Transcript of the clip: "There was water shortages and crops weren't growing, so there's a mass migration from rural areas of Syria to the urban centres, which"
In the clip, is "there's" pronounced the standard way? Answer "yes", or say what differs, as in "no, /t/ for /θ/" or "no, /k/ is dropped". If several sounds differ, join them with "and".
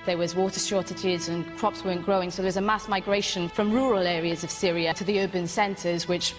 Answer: no, /w/ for /ɹ/